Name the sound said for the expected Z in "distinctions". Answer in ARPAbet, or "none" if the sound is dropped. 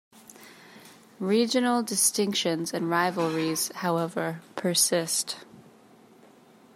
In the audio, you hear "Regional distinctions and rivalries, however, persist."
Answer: Z